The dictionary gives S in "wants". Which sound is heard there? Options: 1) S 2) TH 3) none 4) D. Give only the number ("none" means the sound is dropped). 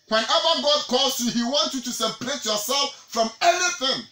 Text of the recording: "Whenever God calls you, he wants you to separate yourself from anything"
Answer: 3